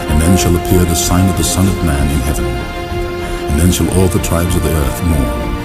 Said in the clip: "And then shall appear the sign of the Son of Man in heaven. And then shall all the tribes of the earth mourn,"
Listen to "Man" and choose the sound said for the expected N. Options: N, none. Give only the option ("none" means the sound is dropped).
N